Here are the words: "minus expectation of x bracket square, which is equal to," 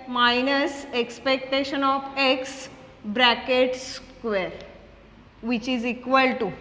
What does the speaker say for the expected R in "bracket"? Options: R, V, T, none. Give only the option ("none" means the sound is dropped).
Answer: R